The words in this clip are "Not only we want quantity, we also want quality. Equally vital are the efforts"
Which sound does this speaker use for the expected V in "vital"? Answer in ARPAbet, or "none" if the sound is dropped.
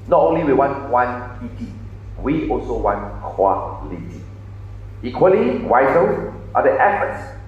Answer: W